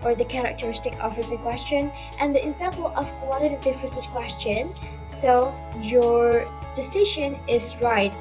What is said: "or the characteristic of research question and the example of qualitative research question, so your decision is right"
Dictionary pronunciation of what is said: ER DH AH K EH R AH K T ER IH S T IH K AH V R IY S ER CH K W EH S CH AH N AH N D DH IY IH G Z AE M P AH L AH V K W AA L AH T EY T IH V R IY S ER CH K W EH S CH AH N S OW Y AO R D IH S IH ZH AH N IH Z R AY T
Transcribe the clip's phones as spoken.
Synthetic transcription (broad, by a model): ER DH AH K EH R AH K T ER IH S T IH K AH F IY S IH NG K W EH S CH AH N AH N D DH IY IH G Z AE M P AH L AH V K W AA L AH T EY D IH F R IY S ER S K W EH S CH AH N S OW Y AO R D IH S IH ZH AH N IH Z R AY T